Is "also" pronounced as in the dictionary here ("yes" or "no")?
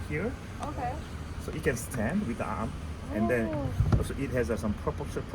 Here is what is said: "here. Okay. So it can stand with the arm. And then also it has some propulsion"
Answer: no